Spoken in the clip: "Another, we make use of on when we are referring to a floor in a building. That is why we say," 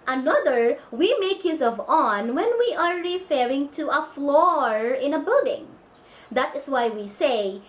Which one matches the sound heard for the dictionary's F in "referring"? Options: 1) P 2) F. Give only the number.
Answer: 2